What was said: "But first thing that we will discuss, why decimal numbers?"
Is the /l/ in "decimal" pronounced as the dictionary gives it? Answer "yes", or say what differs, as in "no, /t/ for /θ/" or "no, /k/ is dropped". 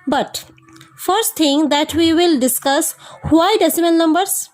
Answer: no, /n/ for /l/